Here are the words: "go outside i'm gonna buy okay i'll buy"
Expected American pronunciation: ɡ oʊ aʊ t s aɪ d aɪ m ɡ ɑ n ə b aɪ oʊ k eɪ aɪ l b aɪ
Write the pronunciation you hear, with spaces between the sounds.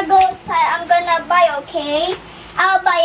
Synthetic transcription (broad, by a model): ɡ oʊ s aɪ aɪ m ɡ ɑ n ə b aɪ oʊ k eɪ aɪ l b aɪ